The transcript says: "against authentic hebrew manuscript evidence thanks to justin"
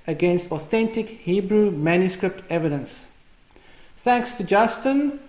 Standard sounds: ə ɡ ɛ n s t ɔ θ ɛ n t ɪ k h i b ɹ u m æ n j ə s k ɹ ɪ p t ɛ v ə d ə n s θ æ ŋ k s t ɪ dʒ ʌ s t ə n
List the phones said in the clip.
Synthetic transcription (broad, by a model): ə ɡ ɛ n s t ɔ θ ɛ n t ɪ k h i b ɹ u m æ n j ə s k ɹ ɪ p t ɛ v ə d ə n s θ æ ŋ k s t ɪ dʒ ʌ s t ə n